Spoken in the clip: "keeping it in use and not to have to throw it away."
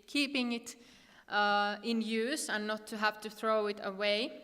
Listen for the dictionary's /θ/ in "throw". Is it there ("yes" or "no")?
yes